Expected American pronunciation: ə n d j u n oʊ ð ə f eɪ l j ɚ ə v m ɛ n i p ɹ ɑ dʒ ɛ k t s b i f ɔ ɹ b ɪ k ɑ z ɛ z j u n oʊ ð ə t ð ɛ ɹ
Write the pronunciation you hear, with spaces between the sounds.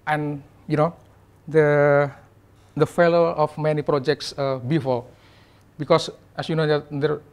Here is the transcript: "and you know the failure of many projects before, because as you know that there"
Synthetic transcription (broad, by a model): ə n j u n oʊ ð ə f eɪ l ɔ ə f m ɛ n i p ɹ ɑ dʒ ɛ k t s b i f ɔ l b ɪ k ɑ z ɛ s j u n oʊ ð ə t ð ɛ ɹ